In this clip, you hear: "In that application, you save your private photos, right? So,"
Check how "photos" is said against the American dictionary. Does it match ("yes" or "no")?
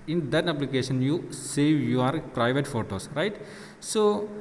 no